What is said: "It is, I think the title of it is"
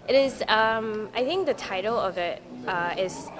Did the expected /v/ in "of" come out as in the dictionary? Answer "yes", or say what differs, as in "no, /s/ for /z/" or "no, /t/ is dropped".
yes